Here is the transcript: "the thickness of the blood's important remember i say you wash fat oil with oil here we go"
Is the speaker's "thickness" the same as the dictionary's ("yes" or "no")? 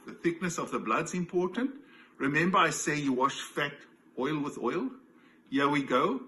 yes